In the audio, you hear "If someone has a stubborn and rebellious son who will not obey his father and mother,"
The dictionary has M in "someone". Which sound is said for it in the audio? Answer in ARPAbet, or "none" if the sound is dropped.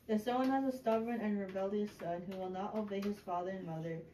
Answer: none